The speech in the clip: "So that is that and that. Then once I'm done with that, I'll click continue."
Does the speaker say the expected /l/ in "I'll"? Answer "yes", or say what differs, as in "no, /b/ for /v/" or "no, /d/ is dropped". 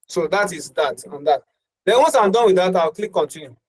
no, /w/ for /l/